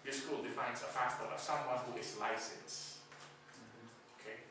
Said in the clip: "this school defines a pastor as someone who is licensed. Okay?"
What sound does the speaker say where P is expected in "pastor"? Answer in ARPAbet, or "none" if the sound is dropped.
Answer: F